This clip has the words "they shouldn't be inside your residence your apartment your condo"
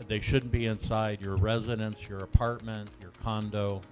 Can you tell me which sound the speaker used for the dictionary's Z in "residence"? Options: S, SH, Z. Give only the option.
Z